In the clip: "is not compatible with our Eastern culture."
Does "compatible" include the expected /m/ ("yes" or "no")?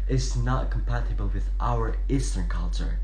yes